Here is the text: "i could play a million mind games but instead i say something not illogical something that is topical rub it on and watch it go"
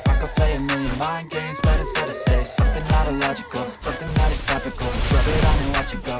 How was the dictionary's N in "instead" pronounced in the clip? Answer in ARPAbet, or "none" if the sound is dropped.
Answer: none